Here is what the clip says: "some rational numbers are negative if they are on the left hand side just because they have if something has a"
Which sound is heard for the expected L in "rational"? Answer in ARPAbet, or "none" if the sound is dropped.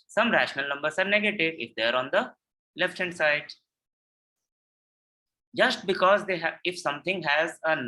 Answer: L